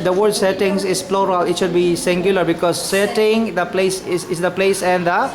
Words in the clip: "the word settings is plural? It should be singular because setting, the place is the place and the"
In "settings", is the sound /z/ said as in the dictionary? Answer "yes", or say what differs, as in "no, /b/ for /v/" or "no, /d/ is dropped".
no, /s/ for /z/